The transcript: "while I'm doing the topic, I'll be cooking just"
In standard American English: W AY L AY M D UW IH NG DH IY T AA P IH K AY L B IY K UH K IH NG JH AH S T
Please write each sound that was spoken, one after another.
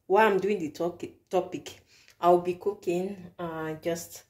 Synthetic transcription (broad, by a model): W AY AY M D UW IH NG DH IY T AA P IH K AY W B IY K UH K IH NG JH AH S T